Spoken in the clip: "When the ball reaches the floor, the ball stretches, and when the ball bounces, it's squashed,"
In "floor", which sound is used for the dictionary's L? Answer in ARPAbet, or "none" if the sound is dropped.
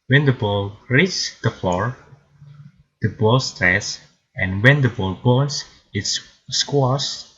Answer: none